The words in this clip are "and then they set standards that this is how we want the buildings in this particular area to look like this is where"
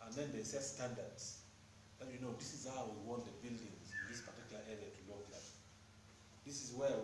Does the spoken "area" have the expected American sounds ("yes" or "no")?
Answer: yes